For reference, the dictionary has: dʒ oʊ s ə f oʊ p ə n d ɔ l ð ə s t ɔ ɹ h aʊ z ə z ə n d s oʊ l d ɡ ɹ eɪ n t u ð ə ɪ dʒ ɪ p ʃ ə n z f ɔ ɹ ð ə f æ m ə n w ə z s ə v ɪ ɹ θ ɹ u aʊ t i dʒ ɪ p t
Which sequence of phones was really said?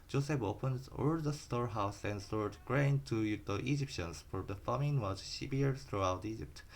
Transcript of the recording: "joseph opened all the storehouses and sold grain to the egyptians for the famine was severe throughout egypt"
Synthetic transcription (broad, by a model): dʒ oʊ s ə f oʊ p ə n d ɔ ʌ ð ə s t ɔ ɹ h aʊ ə s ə n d s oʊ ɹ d ɡ ɹ eɪ n t u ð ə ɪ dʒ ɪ p ʃ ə n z f ɔ ɹ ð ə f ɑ m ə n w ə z ʃ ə b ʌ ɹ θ ɹ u aʊ t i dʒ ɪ p t